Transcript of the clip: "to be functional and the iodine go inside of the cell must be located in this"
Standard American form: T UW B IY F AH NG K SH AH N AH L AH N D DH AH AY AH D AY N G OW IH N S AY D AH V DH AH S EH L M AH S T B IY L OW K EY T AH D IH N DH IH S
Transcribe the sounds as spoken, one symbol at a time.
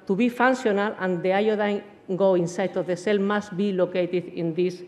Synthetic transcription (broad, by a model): T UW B IY F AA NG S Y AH N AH L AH N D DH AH AY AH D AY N G OW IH N S AY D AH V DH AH S EH L M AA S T B IY L OW K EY T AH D IH N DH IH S